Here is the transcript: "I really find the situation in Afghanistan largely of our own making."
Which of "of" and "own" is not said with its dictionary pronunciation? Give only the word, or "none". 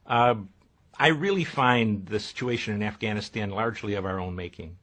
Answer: none